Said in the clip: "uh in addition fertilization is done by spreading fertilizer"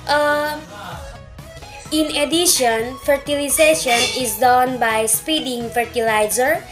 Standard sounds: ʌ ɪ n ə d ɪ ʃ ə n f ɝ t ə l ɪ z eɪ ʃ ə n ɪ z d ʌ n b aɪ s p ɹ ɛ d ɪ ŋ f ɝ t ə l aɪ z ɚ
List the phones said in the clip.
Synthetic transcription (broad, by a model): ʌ ɪ n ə d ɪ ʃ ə n f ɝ t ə l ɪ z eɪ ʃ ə n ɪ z d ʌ n b aɪ s p i d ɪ ŋ f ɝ t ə l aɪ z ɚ